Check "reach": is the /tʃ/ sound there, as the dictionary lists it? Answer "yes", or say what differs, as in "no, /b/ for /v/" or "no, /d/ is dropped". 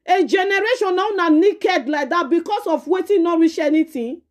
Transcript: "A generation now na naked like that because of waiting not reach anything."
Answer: no, /ʃ/ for /tʃ/